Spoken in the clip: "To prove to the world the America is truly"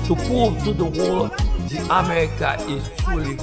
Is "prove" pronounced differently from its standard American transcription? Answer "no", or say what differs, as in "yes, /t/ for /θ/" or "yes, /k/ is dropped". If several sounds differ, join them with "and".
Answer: yes, /ɹ/ is dropped